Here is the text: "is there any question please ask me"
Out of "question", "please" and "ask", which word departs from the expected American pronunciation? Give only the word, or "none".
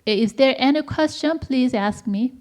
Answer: none